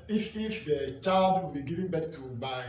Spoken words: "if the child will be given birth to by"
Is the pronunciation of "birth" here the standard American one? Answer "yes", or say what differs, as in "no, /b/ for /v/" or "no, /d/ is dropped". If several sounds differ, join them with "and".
no, /t/ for /θ/